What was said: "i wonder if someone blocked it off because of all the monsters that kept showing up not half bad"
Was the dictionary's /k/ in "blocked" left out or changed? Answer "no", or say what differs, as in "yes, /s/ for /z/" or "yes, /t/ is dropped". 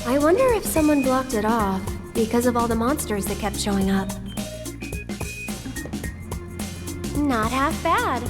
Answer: no